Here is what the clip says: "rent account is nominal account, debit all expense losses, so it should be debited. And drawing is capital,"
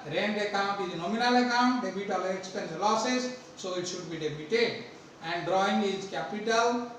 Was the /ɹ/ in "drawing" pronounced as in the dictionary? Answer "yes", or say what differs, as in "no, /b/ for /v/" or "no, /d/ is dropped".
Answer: yes